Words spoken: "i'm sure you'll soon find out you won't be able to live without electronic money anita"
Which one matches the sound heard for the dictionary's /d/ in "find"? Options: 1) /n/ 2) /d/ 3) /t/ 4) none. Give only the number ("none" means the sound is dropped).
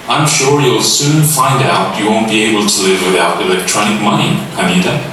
2